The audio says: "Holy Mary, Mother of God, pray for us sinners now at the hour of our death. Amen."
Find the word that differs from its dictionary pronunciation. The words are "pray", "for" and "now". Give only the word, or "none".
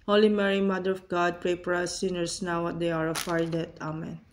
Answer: for